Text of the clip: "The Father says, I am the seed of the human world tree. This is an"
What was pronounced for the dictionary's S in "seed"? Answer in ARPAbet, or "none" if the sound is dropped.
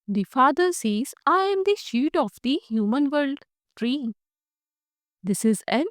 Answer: SH